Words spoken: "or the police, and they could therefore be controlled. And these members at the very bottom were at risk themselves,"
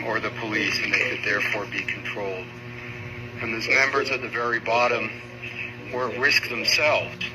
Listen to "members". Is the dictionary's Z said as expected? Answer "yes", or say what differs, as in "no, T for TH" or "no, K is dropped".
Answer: yes